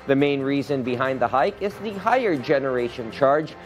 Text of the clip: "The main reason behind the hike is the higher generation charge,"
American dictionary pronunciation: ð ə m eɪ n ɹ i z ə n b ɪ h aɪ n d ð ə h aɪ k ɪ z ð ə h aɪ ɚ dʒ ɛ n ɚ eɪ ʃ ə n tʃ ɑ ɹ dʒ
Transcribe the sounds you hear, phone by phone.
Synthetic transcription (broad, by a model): ð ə m eɪ n ɹ i z ə n b ɪ h aɪ n d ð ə h aɪ k ɪ z ð ə h aɪ ɚ dʒ ɛ n ɚ eɪ ʃ ə n tʃ ɑ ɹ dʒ